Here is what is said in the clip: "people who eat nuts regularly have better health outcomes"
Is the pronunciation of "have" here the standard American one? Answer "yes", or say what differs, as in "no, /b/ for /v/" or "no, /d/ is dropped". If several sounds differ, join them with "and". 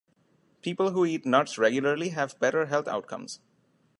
yes